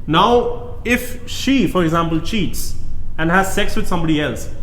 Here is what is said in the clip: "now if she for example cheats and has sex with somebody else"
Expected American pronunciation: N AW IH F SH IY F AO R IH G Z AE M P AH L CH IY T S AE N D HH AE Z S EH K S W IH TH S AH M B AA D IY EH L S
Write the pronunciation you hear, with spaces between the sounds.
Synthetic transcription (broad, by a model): N AW IH F SH IY F AO R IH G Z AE M P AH L CH IY T S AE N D HH AE Z S EH K S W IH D S AH M B AA D IY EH L S